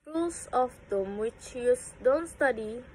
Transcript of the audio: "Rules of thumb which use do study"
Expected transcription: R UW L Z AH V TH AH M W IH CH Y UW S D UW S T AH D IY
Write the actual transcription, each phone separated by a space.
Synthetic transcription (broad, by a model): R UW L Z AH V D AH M W IH CH Y UW S D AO S T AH D IY